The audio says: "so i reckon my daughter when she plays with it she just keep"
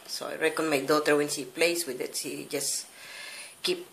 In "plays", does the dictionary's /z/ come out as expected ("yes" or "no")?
no